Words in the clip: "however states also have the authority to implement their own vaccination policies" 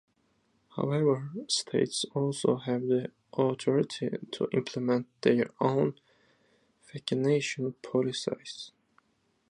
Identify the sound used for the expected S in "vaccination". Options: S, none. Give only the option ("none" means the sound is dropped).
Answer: none